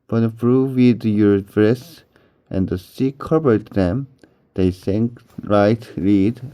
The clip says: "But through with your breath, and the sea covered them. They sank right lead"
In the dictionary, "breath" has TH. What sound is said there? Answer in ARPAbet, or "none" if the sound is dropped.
S